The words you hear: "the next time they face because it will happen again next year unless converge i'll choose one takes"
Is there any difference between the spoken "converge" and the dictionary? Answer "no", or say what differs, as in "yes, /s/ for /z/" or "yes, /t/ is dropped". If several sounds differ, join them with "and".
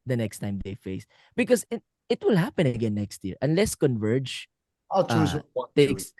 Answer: no